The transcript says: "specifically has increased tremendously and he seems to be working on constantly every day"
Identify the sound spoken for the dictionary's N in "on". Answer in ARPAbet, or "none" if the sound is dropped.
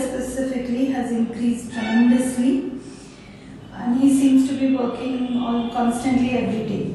L